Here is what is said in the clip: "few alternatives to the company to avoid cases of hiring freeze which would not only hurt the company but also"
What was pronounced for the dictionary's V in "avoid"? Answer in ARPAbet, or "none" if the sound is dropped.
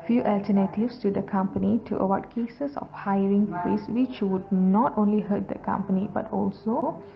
W